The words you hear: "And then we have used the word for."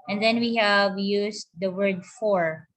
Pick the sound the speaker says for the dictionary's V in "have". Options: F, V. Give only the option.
V